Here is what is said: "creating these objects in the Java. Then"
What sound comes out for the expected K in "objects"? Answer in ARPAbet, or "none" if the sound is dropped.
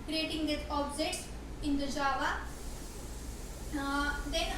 none